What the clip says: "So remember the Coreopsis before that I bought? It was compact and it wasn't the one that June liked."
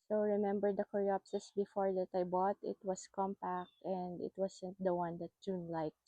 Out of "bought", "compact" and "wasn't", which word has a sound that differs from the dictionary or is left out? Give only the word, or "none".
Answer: wasn't